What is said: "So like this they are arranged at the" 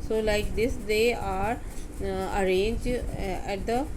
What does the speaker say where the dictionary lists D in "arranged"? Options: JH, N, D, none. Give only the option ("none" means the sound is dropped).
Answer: none